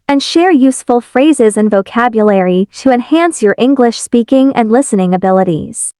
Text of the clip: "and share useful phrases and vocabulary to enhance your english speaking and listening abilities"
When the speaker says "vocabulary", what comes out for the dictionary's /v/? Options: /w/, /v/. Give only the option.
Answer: /v/